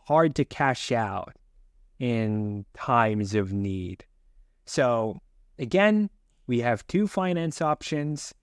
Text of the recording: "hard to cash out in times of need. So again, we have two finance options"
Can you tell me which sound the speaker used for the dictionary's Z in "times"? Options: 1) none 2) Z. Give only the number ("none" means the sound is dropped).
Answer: 2